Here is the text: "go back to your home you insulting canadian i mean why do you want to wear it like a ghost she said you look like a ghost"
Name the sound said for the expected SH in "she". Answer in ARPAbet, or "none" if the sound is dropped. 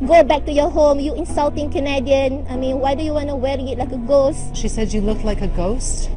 SH